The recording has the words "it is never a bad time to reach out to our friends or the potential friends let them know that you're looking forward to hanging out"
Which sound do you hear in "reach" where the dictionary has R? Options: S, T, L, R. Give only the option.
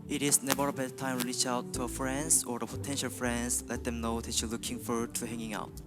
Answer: L